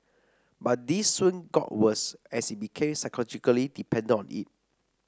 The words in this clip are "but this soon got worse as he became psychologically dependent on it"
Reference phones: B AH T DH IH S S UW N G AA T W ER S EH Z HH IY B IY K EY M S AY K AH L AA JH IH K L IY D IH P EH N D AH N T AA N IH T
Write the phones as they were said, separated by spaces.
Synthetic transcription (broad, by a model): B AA T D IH S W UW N G AA T W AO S EH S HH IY B IY K EY M S AY K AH L AA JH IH K L IY D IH P EH N D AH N AA N IH T